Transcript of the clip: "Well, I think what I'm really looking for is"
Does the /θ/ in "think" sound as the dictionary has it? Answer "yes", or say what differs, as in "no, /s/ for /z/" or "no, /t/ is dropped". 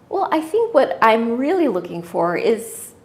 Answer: yes